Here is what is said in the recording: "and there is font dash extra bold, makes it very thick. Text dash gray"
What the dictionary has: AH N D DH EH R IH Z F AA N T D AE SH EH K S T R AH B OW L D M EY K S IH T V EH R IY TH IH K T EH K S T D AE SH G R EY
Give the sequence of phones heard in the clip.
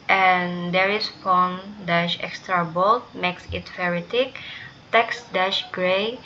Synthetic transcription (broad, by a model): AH N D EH R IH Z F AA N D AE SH EH K S T R AH B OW L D M EY K S IH T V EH R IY T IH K T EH K S D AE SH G R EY